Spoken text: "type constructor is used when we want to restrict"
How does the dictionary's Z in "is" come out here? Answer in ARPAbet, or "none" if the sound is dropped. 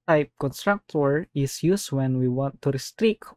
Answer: S